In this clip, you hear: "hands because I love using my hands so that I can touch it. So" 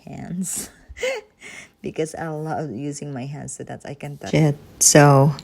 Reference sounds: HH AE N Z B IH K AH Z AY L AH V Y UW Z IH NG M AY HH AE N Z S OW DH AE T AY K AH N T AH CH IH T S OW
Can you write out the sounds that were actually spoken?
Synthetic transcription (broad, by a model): HH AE N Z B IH K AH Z AY L AH V Y UW Z IH NG M AY HH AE N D S OW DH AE T AY K AH N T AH IH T S OW